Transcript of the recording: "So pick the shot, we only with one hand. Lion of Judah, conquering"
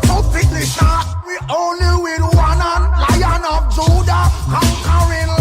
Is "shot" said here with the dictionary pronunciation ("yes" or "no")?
no